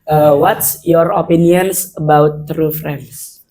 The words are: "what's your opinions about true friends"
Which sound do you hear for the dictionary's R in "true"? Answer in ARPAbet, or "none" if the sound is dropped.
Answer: R